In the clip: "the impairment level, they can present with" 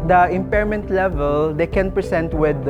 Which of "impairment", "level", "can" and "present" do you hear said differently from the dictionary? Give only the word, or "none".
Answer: present